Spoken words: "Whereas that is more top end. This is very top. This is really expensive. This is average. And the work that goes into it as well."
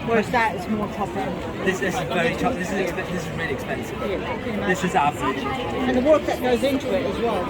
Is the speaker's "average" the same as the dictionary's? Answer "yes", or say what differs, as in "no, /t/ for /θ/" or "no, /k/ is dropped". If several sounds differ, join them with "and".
no, /v/ is dropped